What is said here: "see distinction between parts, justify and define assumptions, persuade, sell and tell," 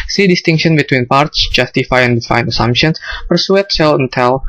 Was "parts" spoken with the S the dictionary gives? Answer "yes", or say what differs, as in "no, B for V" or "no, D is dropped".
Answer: yes